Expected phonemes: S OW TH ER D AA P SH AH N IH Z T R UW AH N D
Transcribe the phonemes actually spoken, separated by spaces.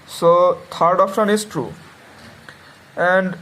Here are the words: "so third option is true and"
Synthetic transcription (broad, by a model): S OW T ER D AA F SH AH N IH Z T R UW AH N D